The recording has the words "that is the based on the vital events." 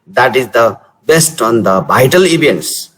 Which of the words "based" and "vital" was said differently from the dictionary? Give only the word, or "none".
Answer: vital